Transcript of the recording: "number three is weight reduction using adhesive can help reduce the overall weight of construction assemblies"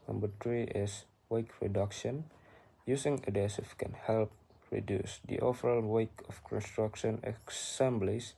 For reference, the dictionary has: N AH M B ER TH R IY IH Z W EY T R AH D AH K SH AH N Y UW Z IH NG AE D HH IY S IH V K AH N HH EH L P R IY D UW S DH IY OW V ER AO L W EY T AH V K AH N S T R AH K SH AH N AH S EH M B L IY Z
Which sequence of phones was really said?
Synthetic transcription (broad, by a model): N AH M B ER T R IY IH S W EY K R AH D AH K SH AH N Y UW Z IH NG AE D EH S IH F K AH N HH EH L P R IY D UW S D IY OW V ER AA L W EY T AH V K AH N S T R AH K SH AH N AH S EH M B L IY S